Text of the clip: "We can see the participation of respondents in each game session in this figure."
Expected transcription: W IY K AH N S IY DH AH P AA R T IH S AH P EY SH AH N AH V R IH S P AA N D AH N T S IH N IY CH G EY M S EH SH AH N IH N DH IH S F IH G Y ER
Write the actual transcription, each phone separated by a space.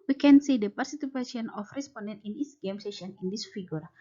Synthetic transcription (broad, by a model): W IY K AH N S IY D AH P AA R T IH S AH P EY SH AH N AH F R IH S P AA N D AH N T IH N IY S G EY M S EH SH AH N IH N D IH S F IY G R